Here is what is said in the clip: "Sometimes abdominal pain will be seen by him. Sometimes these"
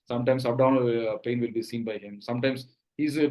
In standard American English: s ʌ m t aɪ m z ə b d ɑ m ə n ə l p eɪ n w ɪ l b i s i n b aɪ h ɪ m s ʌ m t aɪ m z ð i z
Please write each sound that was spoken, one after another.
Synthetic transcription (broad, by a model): s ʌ m t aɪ m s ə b d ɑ ə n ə p eɪ n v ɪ l b i s i n b aɪ h ɪ m s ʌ m t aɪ m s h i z